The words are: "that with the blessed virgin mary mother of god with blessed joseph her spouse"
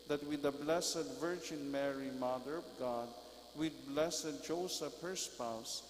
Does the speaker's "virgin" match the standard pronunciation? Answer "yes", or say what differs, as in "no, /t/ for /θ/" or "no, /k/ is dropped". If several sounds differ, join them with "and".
yes